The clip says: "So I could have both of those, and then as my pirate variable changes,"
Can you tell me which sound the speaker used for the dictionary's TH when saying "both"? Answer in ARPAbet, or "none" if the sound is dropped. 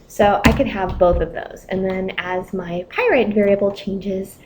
TH